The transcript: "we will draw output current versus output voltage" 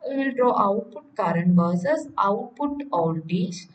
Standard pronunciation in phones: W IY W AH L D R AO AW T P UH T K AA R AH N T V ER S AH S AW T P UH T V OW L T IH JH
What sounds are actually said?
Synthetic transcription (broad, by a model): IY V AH L D R AO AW T P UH T K AA R AH N T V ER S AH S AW T P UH T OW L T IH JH